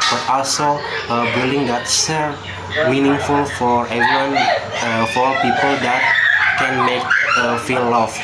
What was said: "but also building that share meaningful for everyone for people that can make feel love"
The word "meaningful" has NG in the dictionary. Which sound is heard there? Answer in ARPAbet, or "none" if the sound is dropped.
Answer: NG